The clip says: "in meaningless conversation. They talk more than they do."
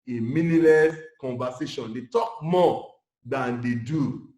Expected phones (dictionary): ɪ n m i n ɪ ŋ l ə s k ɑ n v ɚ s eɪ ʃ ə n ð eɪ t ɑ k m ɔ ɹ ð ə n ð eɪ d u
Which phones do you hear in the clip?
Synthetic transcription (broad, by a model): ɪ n m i n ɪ l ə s k ɑ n v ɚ s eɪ ʃ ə n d eɪ t ɑ k m ɔ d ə n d eɪ d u